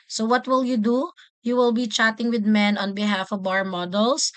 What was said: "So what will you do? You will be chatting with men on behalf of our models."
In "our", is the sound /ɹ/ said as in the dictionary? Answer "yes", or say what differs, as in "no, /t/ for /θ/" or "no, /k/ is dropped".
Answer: yes